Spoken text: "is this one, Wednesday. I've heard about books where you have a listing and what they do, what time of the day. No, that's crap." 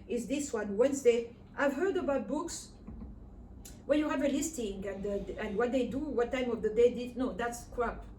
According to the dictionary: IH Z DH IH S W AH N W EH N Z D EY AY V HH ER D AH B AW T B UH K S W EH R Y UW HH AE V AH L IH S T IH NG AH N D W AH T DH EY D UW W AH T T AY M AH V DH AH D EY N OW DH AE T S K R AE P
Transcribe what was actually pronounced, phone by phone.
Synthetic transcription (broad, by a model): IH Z DH IH S W AH N W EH N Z D EY AY V HH ER D AH B AW T B UH K S W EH L Y UW HH AE V AH L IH S T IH NG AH N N W AH T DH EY D UW W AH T T AY M AH V DH AH D EY N OW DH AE T S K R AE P